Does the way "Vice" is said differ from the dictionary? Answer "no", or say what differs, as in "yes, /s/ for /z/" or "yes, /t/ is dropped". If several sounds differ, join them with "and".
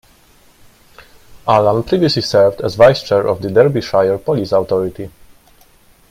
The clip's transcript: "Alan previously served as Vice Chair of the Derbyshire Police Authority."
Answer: no